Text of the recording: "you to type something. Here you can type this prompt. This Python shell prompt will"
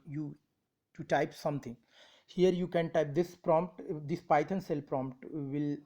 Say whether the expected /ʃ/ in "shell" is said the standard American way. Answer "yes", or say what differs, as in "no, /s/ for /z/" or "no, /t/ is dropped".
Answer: no, /s/ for /ʃ/